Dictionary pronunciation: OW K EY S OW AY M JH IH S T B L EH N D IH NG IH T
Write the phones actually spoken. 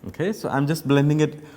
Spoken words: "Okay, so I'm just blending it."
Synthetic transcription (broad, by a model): OW K EY S OW AY M JH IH S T B L EH N D IH NG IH T